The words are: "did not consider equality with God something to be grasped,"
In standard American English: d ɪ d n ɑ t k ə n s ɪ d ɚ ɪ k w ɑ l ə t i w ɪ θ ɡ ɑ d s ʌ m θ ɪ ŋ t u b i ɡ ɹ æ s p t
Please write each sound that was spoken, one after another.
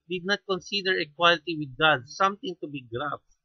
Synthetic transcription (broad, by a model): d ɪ d n ɑ t k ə n s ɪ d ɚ ɪ k w ɑ l ə t i w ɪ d ɡ ɑ d s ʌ m t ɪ ŋ t u b i ɡ ɹ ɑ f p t